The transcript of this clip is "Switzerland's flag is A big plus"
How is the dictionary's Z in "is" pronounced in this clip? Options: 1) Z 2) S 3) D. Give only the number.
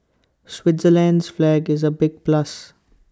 1